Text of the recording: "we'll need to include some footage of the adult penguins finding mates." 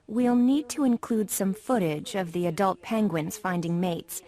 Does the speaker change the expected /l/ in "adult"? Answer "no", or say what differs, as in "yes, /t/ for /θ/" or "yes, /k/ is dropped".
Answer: no